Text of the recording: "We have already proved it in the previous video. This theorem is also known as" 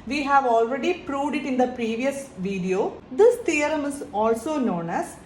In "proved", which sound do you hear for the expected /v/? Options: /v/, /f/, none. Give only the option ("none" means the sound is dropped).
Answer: /v/